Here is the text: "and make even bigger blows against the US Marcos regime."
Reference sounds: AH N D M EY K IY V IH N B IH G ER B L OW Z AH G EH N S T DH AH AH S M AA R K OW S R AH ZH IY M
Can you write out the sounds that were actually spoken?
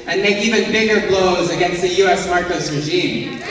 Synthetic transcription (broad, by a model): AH N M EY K IY V IH N B IH G ER B L OW Z AH G EH N S T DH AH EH S M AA R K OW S R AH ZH IY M